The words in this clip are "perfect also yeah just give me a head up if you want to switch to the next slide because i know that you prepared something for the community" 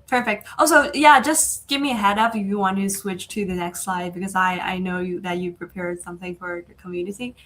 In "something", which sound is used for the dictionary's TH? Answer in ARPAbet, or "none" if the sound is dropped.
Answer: TH